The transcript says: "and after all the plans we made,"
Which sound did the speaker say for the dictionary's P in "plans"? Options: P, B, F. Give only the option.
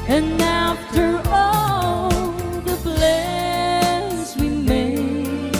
B